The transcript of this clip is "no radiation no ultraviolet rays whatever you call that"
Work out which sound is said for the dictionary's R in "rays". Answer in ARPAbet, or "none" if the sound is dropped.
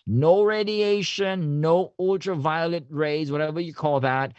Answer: R